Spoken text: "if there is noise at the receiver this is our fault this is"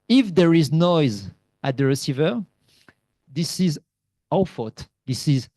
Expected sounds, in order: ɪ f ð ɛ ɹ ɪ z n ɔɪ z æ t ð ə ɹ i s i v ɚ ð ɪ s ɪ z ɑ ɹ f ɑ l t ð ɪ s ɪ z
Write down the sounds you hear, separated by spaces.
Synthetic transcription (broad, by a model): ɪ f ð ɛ ɹ ɪ z n ɔɪ z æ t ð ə ɹ i s i v ɚ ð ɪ s ɪ z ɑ f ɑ t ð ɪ s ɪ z